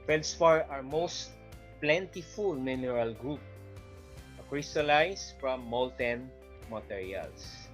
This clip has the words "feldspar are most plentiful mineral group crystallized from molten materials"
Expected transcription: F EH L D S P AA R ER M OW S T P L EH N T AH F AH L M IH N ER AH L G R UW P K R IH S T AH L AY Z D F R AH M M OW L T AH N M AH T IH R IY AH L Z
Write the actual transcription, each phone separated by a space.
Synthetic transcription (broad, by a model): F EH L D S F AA R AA M OW S T P L EH N T AH F AH L M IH N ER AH L G R UW P K R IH S T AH L AY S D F R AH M M OW L T AH N M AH T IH R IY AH L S